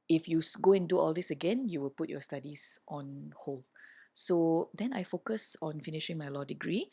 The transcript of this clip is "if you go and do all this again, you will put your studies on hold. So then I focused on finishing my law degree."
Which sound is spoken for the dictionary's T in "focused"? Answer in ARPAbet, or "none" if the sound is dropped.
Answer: none